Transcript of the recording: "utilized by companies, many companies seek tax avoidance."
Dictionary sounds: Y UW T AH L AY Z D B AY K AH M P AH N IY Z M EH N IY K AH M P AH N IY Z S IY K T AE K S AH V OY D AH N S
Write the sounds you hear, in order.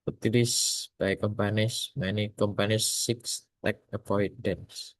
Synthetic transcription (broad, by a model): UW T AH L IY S B AY K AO M P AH N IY S M EH N IY K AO M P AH N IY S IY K T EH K AH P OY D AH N S